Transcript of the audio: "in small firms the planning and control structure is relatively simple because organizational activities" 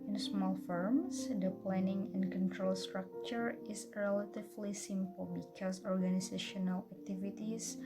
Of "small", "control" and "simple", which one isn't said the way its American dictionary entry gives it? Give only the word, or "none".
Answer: none